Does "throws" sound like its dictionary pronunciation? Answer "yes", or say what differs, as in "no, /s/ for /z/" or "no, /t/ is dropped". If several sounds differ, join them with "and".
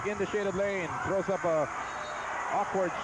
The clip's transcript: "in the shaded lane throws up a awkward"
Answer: yes